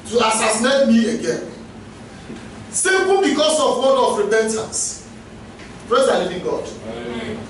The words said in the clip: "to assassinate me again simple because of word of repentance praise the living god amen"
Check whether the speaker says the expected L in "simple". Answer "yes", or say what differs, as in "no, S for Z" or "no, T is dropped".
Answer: no, N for L